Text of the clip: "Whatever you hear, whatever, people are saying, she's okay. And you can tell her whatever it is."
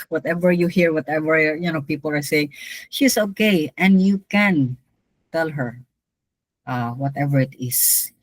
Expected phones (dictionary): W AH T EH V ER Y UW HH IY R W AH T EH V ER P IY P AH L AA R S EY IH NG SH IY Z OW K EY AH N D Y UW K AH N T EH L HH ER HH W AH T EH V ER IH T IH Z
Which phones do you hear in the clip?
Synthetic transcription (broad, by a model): W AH T EH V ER Y UW HH IY R W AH T EH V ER P IY P AH L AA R S EY IH NG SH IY S OW K EY AH N D Y UW K AH N T EH L HH ER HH W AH T EH V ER IH T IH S